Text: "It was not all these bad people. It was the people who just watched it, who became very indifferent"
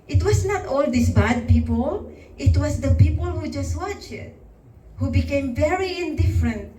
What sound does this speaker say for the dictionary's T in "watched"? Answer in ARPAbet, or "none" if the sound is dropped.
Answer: none